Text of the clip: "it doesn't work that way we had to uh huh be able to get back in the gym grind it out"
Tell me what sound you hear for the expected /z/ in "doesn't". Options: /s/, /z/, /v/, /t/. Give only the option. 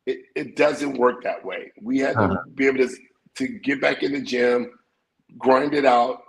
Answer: /z/